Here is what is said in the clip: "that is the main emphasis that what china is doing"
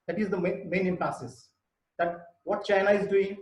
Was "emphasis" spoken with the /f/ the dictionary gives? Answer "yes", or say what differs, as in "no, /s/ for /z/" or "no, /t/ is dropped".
no, /p/ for /f/